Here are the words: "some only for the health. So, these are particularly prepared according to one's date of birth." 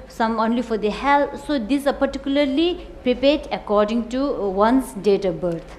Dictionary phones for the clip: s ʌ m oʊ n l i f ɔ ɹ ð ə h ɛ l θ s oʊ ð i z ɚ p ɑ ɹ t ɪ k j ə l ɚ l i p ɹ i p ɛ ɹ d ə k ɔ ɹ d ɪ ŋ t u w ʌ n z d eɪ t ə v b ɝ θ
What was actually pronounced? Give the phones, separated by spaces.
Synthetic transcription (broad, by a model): s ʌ m oʊ n l i f ɔ ɹ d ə h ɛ l t s oʊ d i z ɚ p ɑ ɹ t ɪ k j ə l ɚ l i p ɹ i p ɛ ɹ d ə k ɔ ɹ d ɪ ŋ t u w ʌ n s d eɪ t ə b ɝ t